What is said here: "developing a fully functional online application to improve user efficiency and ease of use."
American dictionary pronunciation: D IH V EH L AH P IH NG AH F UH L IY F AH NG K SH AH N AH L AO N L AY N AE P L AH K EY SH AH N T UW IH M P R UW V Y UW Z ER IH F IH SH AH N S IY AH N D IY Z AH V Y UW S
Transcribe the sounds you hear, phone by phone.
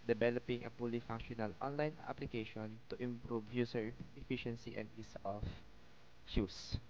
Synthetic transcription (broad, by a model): D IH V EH L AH P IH NG AH P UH L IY F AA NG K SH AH N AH L AO N L AY N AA P L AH K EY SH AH N T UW IH M P R UW V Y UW S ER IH F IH SH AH N S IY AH N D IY S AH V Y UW S